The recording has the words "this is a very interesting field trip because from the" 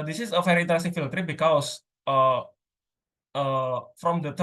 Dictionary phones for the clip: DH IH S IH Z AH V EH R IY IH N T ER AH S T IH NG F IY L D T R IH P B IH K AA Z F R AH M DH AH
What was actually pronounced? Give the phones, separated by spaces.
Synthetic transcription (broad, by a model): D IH S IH S AH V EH R IY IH N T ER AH S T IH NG F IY L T R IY B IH K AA S F R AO M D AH